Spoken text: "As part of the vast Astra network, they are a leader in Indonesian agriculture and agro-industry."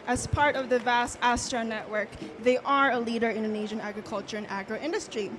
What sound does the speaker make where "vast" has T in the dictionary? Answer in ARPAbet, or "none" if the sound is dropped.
T